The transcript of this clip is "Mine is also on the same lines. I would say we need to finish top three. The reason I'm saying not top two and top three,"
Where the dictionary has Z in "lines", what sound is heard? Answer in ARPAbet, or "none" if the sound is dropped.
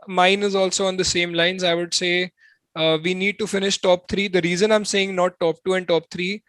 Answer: Z